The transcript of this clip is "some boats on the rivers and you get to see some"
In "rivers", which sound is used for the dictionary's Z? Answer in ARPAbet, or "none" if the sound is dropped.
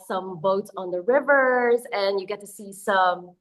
Z